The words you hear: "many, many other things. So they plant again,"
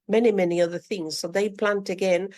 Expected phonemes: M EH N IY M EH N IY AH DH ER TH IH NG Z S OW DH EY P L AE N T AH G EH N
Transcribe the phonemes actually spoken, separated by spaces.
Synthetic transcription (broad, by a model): M EH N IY M EH N IY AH DH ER TH IH NG Z S OW DH EY P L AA N T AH G EH N